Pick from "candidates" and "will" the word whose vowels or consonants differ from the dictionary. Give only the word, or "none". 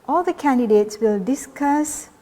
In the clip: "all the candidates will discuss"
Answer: none